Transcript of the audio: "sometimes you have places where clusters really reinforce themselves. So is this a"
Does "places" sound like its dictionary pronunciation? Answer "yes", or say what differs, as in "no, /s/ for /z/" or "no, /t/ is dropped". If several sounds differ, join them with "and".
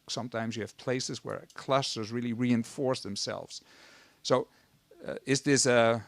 yes